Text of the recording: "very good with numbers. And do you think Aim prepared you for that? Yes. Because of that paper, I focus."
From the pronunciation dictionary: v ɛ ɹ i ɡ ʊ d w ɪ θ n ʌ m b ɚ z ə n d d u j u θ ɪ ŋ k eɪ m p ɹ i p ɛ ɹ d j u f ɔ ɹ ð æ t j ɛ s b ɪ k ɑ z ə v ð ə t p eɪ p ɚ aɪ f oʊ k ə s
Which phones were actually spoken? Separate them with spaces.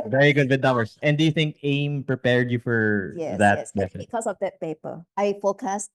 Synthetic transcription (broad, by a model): v ɛ ɹ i ɡ ʊ d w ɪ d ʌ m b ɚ s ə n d d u j u θ ɪ ŋ k eɪ m p ɹ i p ɛ ɹ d j u f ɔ ɹ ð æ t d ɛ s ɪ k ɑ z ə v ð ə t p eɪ p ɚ aɪ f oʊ k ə s